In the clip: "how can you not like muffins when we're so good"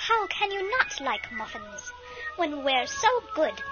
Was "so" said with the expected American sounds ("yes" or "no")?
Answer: yes